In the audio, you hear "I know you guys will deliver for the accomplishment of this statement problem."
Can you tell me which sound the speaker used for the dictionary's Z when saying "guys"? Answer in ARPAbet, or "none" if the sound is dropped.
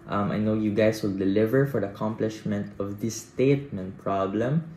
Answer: S